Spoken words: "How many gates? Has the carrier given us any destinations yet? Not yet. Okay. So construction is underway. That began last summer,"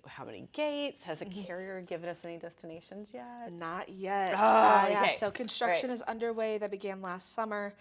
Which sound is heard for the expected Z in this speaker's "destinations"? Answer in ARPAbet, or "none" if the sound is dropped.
Z